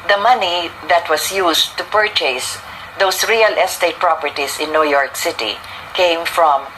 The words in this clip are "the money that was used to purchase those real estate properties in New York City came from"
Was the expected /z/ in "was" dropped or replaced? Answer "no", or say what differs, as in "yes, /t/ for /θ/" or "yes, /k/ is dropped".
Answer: yes, /s/ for /z/